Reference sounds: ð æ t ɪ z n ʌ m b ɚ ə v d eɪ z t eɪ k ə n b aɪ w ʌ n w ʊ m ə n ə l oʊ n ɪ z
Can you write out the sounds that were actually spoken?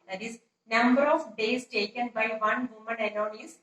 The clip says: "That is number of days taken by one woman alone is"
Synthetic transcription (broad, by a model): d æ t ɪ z n ʌ m b ɚ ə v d eɪ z t eɪ k ə n b aɪ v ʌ n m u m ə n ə n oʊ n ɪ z